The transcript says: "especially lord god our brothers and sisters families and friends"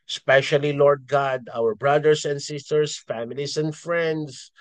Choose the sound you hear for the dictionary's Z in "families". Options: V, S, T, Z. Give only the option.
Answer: S